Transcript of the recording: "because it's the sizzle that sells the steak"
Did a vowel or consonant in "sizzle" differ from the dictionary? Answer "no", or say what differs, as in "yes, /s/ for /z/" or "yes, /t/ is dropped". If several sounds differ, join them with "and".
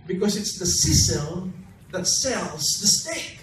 yes, /s/ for /z/